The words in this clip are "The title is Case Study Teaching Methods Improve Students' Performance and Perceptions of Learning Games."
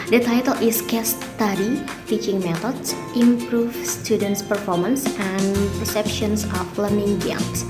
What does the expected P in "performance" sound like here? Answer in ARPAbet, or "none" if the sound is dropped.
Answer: P